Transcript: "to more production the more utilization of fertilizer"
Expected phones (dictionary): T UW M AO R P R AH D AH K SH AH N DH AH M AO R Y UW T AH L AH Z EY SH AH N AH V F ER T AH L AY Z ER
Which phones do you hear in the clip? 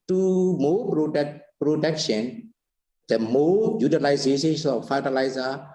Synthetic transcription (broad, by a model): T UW M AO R P R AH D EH K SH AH N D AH M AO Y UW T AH L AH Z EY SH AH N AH F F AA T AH L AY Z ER